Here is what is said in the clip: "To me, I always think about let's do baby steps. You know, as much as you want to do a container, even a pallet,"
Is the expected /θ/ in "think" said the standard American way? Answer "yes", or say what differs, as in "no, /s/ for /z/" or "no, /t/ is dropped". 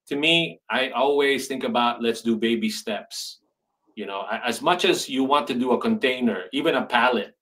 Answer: yes